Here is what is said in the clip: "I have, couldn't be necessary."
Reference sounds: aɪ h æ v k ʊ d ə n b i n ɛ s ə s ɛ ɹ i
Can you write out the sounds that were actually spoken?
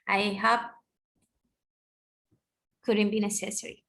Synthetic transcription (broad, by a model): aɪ h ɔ p k ʊ d ə n b i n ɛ s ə s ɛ ɹ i